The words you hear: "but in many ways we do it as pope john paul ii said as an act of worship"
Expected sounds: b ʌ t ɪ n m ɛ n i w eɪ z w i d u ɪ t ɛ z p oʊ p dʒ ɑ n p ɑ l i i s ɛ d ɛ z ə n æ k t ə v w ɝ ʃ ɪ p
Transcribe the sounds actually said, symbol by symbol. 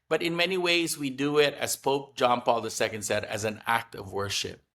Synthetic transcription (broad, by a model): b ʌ t ɪ n m ɛ n i w eɪ z w i d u ɪ t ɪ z p oʊ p dʒ ɑ n p ɑ l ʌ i s ɛ d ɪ z ə n æ k t ə v w ɝ ʃ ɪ p